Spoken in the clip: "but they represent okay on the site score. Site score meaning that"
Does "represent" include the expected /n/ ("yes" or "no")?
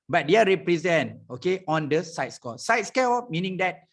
yes